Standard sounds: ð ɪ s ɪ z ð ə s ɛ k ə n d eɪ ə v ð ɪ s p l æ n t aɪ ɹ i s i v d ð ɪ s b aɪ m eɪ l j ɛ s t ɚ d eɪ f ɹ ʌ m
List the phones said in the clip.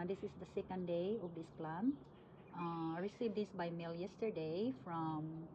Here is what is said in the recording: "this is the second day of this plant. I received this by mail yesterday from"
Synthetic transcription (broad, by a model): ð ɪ s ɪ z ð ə s ɛ k ə n d eɪ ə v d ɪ s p l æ n aɪ ɹ i s i v d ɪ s b aɪ m eɪ l j ɛ s t ɚ d eɪ f ɹ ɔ m